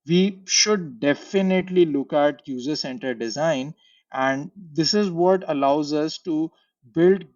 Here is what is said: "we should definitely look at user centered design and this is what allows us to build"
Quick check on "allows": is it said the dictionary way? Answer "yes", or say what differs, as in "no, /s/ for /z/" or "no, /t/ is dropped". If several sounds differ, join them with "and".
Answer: yes